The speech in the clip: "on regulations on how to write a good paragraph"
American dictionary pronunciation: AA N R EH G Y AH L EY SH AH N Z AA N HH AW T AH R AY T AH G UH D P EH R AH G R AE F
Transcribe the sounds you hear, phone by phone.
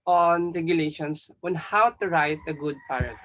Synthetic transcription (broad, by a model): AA N R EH G Y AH L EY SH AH N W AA N HH AW T AH R AY T AH G UH D P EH R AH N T